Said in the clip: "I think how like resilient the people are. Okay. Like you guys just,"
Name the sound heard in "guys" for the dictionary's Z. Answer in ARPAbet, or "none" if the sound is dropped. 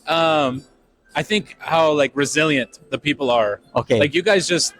Z